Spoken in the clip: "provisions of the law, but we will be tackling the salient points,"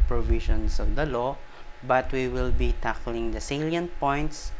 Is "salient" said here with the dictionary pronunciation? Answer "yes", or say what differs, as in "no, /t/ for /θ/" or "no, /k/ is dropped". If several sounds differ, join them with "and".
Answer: yes